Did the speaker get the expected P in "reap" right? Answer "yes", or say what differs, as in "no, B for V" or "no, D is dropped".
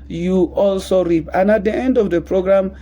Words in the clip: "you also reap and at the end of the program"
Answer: yes